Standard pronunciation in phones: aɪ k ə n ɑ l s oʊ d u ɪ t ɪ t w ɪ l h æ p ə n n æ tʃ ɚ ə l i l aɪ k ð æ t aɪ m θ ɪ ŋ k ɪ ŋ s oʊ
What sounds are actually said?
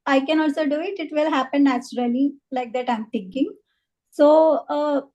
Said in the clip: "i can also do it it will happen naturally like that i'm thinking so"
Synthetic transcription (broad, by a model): aɪ k ə n ɑ l s oʊ d u ɪ t ɪ t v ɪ l h æ p ə n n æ tʃ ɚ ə l i l aɪ k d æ t aɪ m t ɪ ŋ k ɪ ŋ s oʊ